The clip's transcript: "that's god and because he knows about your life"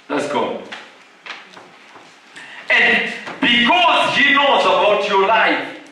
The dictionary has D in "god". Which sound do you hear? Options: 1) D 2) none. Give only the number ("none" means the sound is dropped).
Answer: 2